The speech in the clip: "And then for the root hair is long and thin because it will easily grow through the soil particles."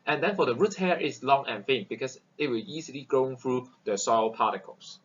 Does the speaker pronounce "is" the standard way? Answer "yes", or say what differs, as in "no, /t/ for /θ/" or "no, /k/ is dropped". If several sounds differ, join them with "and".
no, /s/ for /z/